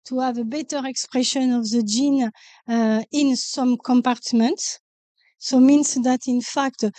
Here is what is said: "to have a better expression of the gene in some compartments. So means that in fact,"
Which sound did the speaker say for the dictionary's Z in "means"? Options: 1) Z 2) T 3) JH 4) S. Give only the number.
4